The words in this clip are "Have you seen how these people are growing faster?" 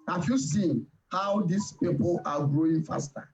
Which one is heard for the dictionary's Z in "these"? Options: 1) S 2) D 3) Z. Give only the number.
1